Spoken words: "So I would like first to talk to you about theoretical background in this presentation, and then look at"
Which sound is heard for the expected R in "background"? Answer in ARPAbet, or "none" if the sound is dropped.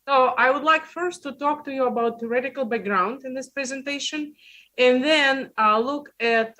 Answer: R